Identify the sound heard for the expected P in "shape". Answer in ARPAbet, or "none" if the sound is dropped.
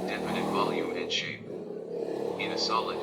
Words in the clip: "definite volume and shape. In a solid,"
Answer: none